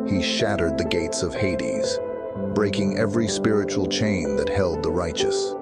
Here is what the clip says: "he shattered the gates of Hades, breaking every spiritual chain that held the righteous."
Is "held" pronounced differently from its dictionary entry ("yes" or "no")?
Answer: no